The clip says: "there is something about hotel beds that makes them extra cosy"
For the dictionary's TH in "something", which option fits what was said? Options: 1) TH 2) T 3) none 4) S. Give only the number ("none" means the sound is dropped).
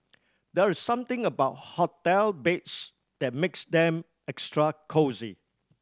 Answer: 2